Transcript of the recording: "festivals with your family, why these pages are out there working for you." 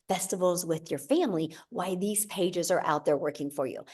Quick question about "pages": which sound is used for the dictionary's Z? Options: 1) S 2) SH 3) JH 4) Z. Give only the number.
4